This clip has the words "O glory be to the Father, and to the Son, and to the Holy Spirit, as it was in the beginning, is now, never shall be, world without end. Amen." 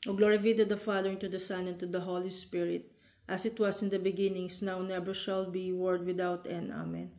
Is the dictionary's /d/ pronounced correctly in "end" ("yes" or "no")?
no